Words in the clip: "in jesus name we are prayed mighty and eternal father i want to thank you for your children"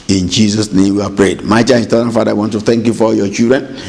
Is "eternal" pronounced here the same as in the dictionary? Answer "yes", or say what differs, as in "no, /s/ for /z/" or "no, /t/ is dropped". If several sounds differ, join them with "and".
no, /n/ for /l/